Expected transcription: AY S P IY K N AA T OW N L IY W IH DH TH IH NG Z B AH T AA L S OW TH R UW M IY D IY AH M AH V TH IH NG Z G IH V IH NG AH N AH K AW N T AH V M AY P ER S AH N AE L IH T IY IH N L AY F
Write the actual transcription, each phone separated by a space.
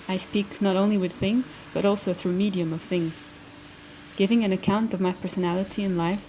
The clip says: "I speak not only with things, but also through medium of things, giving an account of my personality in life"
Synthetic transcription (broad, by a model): AY S P IY K N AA T OW N L IY W IH DH TH IH NG Z B AH T AA L S OW TH R UW M IY D IY AH M AH V TH IH NG Z G IH V IH NG AH N AH K AW N T AH V M AY P ER S AH N AE L IH T IY IH N L AY F